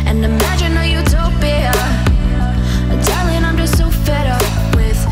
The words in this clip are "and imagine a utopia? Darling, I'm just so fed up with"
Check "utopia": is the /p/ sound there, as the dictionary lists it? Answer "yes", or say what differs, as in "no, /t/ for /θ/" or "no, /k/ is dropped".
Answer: no, /b/ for /p/